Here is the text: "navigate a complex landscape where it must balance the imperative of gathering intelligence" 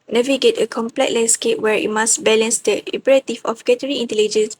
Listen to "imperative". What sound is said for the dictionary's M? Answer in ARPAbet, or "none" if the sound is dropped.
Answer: none